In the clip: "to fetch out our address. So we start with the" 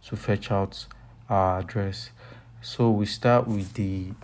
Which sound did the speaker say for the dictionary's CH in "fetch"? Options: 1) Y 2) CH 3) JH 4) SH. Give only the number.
2